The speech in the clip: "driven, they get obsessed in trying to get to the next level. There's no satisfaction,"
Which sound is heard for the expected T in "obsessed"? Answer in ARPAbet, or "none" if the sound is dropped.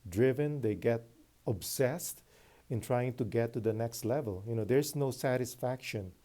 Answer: T